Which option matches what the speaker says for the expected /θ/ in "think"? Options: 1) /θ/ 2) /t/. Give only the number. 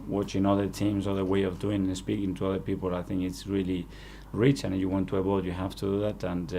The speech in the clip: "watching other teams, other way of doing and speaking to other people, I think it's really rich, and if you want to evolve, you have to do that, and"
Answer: 1